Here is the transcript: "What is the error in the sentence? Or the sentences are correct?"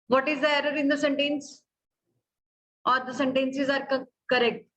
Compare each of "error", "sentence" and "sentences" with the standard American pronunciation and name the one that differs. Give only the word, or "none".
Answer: none